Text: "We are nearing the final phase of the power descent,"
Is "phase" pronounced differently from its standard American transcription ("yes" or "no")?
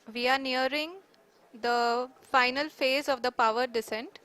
no